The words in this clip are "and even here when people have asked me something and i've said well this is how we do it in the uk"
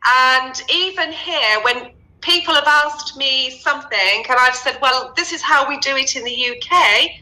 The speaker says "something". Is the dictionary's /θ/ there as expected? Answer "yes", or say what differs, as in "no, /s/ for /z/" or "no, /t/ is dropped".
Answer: yes